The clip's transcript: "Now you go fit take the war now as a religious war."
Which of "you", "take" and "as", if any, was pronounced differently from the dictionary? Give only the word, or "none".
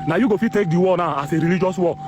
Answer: as